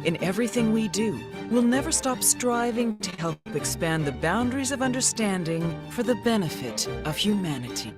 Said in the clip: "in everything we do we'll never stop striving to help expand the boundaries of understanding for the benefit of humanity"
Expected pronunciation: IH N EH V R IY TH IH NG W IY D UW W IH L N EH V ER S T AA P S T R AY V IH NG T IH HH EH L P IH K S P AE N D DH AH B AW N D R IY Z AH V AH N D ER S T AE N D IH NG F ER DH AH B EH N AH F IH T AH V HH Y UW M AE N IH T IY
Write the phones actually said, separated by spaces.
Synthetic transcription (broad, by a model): IH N EH V R IY TH IH NG W IY D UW W IH L N EH V ER S T AA P S T R AY V IH NG T IH HH EH L P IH K S P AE N DH AH B AW N D R IY Z AH V AH N D ER S T AE N D IH NG F ER DH AH B EH N AH F IH T AH V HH Y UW M AE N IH T IY